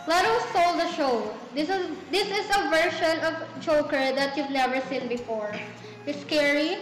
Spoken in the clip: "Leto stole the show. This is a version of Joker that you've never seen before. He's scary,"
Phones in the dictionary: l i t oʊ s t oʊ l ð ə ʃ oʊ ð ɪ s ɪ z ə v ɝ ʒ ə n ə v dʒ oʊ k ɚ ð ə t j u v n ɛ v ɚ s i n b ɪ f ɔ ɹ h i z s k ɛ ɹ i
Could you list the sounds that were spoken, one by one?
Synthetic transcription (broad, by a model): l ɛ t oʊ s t oʊ l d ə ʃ oʊ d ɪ s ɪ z ə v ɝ ʃ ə n ə v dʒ oʊ k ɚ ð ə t j u v n ɛ v ɚ s i n b ɪ f ɔ ɹ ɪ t s k ɛ ɹ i